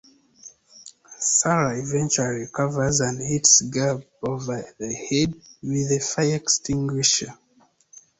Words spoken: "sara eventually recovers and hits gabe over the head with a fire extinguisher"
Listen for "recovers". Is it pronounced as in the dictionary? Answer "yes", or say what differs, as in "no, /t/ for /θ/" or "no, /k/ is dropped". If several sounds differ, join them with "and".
no, /l/ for /ɹ/